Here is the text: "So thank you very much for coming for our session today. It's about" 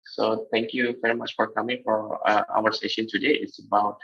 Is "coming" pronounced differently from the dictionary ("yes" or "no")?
no